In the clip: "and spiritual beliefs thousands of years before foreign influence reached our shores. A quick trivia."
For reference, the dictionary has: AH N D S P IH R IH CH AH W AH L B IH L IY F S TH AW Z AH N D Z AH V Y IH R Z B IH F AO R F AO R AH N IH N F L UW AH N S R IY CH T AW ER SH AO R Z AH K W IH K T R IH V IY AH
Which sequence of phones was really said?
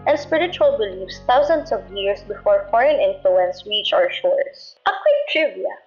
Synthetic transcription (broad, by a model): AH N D S P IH R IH CH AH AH L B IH L IY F S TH AW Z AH N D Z AH V Y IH R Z B IH F AO R F AO R AH N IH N F L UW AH N S R IY CH AW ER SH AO R S AH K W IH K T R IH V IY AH